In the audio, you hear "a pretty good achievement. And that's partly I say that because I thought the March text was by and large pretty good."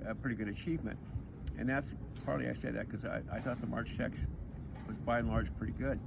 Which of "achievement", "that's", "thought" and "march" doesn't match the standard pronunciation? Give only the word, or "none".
none